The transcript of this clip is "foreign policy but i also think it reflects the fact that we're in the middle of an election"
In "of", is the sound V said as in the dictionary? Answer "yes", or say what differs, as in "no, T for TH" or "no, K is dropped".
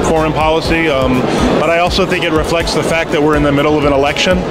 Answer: yes